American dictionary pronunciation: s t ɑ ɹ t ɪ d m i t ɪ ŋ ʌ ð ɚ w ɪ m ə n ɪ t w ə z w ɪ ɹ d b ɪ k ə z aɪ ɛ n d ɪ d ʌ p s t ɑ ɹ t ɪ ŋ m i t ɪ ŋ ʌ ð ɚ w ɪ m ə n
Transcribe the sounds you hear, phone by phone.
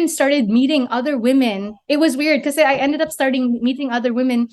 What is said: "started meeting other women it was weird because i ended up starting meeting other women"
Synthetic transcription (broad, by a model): s t ɑ ɹ t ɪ d m i t ɪ ŋ ʌ ð ɚ w ɪ m ə n ɪ t w ə z w ɪ ɹ d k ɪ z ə aɪ ɛ n d ɪ d ʌ p s t ɑ ɹ t ɪ ŋ m i t ɪ ŋ ʌ ð ɚ w ɪ m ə n